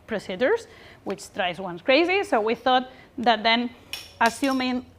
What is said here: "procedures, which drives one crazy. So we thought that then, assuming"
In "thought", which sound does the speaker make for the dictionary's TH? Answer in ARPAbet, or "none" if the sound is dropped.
TH